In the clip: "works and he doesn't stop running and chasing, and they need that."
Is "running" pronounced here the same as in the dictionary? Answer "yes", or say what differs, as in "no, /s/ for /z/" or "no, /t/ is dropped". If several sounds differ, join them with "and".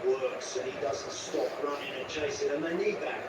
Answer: yes